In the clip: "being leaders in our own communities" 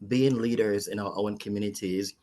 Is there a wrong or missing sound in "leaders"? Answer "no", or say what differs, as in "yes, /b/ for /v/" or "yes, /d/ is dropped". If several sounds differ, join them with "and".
no